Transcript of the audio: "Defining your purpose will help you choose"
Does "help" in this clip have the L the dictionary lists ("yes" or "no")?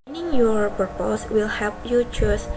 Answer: no